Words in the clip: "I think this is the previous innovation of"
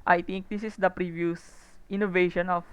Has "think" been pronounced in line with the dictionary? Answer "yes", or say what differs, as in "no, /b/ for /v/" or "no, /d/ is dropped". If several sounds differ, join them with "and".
no, /t/ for /θ/